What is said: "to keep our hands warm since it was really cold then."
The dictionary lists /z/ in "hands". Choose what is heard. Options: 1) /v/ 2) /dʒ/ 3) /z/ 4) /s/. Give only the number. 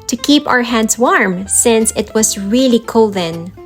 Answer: 4